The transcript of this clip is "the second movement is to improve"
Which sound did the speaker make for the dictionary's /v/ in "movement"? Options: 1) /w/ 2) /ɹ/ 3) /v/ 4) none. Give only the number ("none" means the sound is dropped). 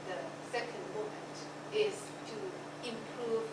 4